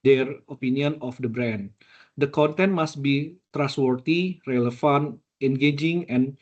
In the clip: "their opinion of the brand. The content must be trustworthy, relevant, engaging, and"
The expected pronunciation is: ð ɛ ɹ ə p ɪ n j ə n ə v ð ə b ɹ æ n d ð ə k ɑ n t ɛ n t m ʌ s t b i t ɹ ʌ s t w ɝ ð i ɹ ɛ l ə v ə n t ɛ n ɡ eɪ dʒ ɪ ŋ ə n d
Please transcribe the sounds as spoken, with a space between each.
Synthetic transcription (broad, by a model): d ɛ ɹ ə p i n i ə n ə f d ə b ɹ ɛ n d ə k ɑ n t ɛ n t m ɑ s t b i t ɹ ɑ s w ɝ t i ɹ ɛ l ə f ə n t ɛ n ɡ eɪ dʒ ɪ ŋ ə n